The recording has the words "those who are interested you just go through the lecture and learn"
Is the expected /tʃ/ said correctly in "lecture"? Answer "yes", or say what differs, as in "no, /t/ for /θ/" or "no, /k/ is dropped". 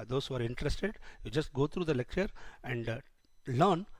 yes